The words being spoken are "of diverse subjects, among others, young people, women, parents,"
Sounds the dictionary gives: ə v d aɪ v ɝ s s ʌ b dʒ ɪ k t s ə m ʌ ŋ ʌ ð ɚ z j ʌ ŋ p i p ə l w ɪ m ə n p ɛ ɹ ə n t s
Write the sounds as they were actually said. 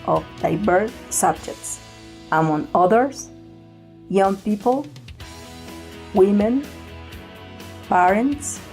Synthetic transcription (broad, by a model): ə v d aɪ b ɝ θ s ʌ b dʒ ɪ k t s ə m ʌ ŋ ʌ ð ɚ s j ʌ ŋ p i p ə l w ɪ m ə n p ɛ ɹ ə n t s